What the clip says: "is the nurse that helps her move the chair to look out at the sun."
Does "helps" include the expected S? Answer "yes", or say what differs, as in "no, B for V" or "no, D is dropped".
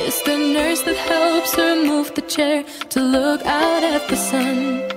yes